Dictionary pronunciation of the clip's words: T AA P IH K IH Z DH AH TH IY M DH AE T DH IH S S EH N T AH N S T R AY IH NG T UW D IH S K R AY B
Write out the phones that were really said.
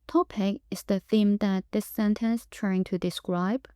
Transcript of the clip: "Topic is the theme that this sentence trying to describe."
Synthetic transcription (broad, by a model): T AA P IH K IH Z DH AH TH IY M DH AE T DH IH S S EH N T AH N S T R AY IH NG T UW D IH S K R AY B